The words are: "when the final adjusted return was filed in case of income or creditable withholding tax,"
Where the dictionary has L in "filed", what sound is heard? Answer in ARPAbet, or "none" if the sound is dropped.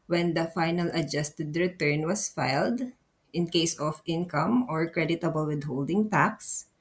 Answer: L